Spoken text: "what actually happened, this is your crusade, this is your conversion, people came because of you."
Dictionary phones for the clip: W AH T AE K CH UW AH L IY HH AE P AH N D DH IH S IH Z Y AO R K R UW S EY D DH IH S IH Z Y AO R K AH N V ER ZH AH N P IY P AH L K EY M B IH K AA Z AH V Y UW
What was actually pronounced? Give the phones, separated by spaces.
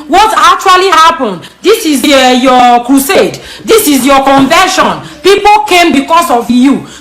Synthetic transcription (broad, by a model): W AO T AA K CH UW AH L IY HH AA P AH N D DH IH S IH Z Y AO K R UW S EY D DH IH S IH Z Y AO K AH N V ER SH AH N P IY P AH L K EY M B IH K AA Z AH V Y UW